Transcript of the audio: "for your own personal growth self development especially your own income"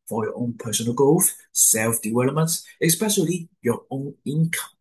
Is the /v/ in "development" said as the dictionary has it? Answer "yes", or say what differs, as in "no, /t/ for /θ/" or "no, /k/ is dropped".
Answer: no, /w/ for /v/